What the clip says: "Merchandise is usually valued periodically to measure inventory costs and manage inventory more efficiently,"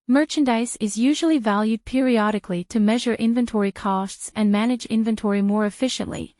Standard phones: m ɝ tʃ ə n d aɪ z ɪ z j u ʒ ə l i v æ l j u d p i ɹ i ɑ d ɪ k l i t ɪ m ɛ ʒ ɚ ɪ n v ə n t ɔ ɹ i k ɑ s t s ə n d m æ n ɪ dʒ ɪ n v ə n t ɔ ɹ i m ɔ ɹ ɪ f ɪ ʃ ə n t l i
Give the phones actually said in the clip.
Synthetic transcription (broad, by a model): m ɝ tʃ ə n d aɪ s ɪ z j u ʒ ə l i v æ l j u d p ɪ ɹ i ɑ d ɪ k l i t ɪ m ɛ ʒ ɚ ɪ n v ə n t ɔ ɹ i k ɑ s t s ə n m æ n ɪ dʒ ɪ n v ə n t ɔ ɹ i m ɔ ɹ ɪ f ɪ ʃ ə n t l i